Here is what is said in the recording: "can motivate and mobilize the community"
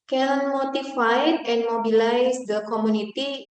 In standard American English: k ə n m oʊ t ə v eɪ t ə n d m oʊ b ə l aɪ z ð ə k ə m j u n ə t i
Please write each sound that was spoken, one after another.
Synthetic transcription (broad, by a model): k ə n m oʊ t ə f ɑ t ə n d m oʊ b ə l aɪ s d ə k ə m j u n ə t i